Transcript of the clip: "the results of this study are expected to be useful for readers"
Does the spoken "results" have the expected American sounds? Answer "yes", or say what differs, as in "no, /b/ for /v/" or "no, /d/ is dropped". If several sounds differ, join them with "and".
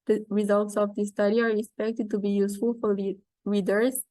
yes